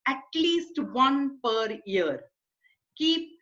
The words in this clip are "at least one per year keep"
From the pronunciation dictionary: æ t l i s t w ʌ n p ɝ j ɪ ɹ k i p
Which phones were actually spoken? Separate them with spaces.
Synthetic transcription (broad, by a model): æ t l i s t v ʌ n p ɝ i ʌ ɹ k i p